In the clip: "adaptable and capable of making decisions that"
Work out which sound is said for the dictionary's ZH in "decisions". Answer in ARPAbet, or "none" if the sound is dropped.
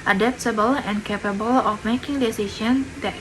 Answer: SH